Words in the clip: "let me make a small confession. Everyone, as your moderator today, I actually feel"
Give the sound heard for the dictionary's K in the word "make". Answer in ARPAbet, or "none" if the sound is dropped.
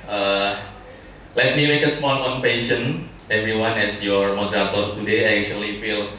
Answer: K